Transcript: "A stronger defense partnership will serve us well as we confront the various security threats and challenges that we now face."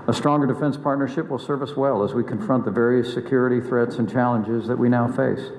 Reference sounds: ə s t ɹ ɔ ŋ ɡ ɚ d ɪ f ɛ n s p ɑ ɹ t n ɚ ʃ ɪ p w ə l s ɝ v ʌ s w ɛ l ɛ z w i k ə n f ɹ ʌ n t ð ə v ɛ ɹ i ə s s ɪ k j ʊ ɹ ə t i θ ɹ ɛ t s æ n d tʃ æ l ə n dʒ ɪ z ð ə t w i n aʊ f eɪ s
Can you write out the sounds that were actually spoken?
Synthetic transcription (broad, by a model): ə s t ɹ ɔ ŋ ɡ ɚ d ɪ f ɛ n s p ɑ ɹ t n ɚ ʃ ɪ p w ə l s ɝ v ʌ s w ɛ l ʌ z w i k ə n f ɹ ʌ n ð ə v ɛ ɹ i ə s s ɪ k j ʊ ɹ ə t i θ ɹ ɛ t s n tʃ æ l ə n dʒ ɪ z ð ə t w i n aʊ f eɪ s